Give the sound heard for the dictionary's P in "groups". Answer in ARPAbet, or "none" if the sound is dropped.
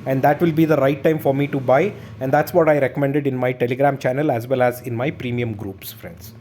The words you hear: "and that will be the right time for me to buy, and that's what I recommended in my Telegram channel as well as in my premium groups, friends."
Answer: P